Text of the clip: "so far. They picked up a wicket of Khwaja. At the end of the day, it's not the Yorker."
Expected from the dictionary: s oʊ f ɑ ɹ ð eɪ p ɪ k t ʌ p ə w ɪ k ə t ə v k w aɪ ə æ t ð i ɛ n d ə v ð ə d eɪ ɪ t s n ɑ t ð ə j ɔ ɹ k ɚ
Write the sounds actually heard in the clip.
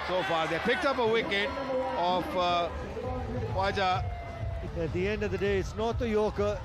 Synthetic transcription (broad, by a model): s oʊ f ɑ ɹ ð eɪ p ɪ k t ʌ p ə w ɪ k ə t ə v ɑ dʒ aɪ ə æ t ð i ɛ n d ə v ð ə d eɪ ɪ t s n ɑ t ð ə j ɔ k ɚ